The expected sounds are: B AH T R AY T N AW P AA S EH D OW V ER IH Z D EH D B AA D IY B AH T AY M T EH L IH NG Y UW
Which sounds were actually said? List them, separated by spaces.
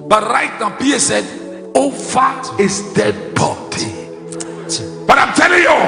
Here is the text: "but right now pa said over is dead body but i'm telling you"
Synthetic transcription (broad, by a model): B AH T R AY T N AW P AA S EH D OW F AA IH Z D EH D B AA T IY B AH T AY M T EH L IH NG Y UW